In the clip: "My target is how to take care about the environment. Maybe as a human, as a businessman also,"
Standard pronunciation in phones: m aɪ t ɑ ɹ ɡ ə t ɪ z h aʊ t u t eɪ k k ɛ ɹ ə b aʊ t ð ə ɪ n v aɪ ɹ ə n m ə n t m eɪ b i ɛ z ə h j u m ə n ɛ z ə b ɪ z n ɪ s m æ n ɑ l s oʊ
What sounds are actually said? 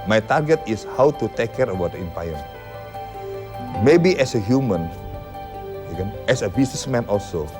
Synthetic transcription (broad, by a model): m aɪ t ɑ ɹ ɡ ə t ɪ s h aʊ t u t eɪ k k ɛ ɹ ə b aʊ t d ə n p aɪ ə m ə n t m eɪ b i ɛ s ə h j u m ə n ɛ s ə b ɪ s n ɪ s m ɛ n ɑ l s oʊ